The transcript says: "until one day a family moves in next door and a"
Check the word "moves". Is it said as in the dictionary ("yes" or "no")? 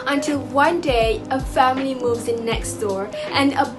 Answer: yes